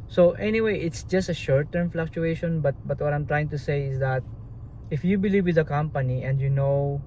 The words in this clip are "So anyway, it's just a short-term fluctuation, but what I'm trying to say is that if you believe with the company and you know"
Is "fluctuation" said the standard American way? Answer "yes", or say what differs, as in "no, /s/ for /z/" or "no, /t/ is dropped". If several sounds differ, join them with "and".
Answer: yes